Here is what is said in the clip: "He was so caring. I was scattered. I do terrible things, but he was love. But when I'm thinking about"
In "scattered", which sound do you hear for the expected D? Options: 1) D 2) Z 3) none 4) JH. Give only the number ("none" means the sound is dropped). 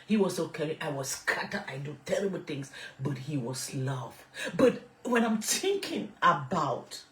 3